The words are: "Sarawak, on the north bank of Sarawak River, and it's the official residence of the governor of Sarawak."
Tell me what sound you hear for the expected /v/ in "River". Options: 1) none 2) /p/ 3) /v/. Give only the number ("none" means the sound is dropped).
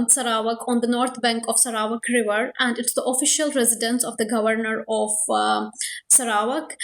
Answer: 3